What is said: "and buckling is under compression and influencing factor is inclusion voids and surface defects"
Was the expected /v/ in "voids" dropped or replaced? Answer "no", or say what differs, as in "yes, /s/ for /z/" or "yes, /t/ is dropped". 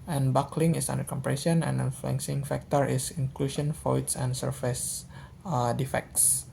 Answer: yes, /f/ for /v/